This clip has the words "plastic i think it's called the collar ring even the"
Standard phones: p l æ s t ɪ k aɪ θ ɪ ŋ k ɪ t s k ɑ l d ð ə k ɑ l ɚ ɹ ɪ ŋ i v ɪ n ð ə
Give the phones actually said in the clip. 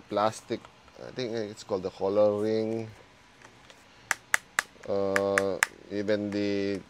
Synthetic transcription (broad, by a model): p l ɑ s t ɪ k aɪ t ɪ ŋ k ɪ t s k ɑ l d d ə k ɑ l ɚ ɹ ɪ ŋ i v ɪ n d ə